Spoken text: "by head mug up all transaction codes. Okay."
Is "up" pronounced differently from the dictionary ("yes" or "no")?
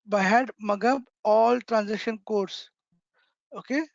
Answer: yes